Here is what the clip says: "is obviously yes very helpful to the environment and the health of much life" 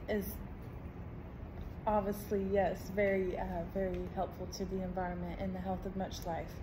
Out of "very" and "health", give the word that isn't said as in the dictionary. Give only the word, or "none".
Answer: none